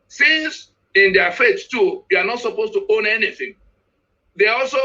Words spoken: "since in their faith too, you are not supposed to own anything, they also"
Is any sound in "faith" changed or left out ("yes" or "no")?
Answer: yes